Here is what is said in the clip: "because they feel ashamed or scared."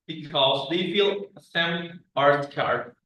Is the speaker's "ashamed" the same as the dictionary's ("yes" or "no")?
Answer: no